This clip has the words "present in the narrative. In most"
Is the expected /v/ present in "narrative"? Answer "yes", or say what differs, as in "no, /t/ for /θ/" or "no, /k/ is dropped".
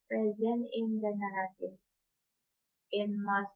no, /v/ is dropped